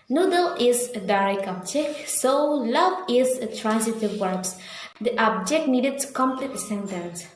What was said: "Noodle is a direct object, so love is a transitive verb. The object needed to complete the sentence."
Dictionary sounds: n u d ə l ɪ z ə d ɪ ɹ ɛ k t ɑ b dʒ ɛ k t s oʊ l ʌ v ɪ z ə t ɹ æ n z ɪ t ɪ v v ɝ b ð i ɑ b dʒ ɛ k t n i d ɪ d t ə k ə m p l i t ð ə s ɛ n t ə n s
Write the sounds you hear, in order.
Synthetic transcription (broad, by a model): n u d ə l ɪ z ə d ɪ ɹ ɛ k ɑ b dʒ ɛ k s oʊ l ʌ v ɪ z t ɹ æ n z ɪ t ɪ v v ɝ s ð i ɑ b dʒ ɛ k t n i d ɪ d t k ə m p l i t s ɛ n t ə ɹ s